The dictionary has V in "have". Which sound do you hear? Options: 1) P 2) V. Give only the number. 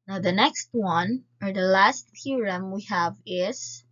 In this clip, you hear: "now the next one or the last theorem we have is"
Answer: 2